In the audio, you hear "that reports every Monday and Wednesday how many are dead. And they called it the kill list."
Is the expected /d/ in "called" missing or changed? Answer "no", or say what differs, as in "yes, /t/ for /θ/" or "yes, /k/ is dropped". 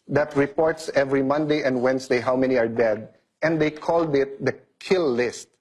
no